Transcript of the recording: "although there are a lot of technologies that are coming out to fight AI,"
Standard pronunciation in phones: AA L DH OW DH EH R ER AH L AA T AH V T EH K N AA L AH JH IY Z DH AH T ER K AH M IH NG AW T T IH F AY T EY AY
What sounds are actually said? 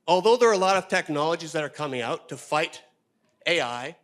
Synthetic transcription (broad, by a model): AA L DH OW DH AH R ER AH L AA T AH V T EH K N AA L AH JH IY Z DH AH T ER K AH M IH NG AW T T IH F AY T EY AY